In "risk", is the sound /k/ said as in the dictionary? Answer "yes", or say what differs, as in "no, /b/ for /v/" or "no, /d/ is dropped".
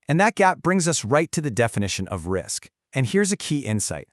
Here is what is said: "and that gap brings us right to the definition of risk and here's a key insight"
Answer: yes